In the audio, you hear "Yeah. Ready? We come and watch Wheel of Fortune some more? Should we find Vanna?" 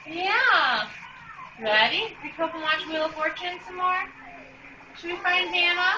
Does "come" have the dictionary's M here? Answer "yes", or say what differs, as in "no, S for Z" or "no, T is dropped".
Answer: no, M is dropped